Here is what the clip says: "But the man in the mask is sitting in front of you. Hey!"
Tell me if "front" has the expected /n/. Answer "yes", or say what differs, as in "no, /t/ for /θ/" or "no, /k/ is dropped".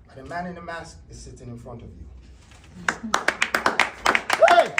yes